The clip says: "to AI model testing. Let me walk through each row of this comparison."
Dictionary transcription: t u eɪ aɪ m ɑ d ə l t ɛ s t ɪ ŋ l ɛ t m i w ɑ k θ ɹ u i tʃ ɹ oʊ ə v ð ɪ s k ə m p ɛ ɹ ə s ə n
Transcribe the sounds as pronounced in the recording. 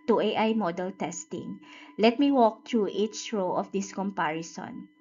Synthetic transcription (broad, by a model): t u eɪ aɪ m ɑ d ə l t ɛ s t ɪ ŋ l ɛ t m i w ɑ k t ɹ u i tʃ ɹ oʊ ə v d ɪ s k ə m p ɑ ɹ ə s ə n